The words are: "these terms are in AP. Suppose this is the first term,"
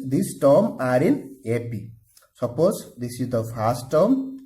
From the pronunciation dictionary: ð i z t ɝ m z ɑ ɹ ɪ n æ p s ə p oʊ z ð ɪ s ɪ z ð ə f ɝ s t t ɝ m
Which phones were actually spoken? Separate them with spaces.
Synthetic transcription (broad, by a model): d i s t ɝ m ɑ ɹ ɪ n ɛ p s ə p oʊ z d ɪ s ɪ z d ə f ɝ s t t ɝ m